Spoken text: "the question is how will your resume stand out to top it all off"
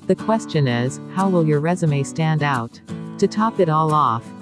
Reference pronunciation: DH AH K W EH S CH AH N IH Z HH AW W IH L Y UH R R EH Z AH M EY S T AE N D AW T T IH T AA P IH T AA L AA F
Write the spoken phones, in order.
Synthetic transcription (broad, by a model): DH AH K W EH S CH AH N IH Z HH AW W IH L Y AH R R EH Z AH M EY S T AE N D AW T T IH T AA P IH T AA L AA F